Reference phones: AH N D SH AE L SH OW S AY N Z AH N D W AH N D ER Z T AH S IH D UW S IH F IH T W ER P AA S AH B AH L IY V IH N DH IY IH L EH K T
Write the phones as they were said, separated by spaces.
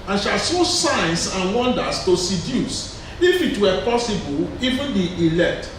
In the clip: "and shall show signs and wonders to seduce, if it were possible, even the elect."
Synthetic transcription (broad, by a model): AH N SH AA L S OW S AY N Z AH N W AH N D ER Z T AH S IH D UW S IH F IH T W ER P AA S AH B AH L IY V IH N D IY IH L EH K T